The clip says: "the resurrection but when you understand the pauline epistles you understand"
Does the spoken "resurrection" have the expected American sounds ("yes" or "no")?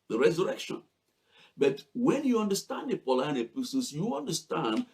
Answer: yes